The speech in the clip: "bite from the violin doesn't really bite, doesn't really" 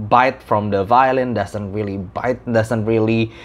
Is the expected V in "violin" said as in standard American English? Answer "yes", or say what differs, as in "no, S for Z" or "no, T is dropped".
yes